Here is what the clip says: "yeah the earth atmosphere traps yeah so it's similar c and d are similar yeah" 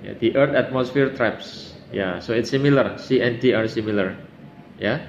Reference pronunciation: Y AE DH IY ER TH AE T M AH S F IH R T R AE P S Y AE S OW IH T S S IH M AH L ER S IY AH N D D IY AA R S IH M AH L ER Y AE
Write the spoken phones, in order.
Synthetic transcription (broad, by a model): Y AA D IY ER T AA T M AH S F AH R T R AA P S Y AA S OW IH T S S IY M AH L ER S IY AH N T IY AA R S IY M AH L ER Y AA